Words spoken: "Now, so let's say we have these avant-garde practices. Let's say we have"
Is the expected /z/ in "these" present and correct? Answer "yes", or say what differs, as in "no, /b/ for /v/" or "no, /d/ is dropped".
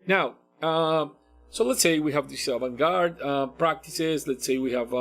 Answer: no, /s/ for /z/